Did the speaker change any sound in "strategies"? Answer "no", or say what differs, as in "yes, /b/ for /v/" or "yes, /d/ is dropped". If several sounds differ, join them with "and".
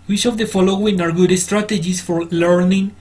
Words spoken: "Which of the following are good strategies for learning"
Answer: yes, /s/ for /z/